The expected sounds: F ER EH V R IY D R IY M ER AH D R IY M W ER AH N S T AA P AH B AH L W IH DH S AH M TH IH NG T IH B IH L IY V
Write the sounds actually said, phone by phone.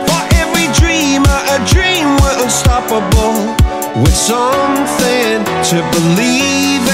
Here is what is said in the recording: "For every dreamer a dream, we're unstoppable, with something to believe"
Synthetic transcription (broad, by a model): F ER EH V R IY D R IY M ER AH D R IY M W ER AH L S T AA P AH B L W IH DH S AH M TH IH NG T IH B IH L IY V